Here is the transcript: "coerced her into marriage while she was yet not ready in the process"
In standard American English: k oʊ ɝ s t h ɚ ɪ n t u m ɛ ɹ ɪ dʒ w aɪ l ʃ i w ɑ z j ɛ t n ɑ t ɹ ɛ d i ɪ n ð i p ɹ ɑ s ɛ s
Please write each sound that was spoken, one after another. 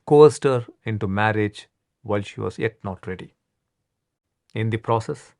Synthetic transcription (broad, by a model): k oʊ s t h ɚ ɪ n t u m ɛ ɹ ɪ dʒ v aɪ l ʃ i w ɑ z j ɛ t n ɑ t ɹ ɛ d i ɪ n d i p ɹ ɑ s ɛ s